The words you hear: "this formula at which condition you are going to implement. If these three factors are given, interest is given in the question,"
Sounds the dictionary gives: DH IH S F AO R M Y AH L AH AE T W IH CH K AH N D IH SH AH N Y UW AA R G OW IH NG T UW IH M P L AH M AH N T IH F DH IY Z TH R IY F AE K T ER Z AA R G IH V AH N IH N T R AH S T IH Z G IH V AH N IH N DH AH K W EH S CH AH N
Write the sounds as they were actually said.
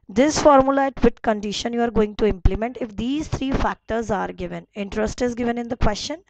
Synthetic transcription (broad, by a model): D IH S F AO R M Y AH L AH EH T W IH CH K AH N D IH SH AH N Y UW AA R G OW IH NG T UW IH M P L AH M AH N T IH F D IY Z T R IY F AE K T ER Z AA R G IH V AH N IH N T R AH S T IH Z G IH V AH N IH N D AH K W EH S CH AH N